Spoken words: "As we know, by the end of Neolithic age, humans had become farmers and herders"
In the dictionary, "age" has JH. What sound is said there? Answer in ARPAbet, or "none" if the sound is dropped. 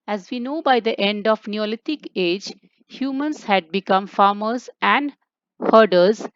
JH